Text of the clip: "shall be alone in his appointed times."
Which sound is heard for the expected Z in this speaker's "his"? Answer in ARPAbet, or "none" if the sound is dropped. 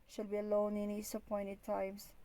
S